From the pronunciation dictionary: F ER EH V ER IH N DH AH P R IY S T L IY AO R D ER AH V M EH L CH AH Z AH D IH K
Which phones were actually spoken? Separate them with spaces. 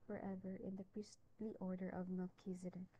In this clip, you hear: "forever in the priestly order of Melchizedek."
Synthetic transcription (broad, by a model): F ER EH V ER IH N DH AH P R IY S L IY AO R D ER AH V M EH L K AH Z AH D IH